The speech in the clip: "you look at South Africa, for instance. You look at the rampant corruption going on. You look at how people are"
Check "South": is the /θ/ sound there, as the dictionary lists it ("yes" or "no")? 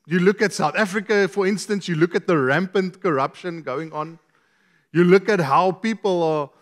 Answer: yes